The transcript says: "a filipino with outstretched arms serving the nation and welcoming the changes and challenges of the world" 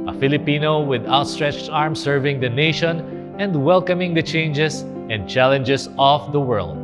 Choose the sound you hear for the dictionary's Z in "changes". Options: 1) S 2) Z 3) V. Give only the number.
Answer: 1